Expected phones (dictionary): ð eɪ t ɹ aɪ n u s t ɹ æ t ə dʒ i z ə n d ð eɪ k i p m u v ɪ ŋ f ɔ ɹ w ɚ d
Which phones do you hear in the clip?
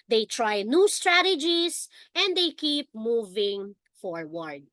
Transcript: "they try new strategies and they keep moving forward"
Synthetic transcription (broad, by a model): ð eɪ t ɹ aɪ n u s t ɹ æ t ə dʒ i s ə n d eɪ k i p m u v ɪ ŋ f ɔ ɹ w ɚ d